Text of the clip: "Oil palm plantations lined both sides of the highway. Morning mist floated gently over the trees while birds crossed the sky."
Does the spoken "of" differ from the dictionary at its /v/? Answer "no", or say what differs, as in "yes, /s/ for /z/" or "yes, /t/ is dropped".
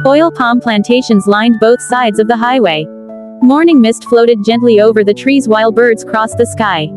no